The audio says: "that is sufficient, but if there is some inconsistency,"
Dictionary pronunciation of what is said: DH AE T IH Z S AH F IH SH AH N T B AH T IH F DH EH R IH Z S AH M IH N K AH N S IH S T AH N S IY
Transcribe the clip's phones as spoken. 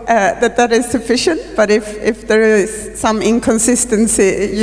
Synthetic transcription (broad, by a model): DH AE T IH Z S AH F IH SH AH N T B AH T IH F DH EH R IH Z S AH M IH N K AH N S IH S T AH N S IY